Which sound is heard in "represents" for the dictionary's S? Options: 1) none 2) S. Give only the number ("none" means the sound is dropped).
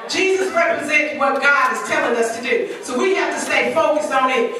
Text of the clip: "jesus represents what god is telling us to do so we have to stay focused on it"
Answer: 1